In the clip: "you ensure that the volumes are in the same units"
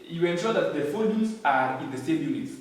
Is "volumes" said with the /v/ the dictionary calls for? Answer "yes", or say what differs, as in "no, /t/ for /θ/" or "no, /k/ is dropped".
no, /f/ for /v/